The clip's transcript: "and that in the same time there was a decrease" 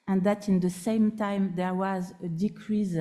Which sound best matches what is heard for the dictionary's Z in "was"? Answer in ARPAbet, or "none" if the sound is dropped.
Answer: Z